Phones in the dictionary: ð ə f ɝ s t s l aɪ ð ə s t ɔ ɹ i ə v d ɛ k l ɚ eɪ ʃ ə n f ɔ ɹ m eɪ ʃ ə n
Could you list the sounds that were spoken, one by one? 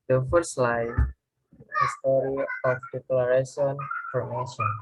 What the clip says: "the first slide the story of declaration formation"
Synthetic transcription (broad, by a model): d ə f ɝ t s l aɪ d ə s t ɔ ɹ i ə f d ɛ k l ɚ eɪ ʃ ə n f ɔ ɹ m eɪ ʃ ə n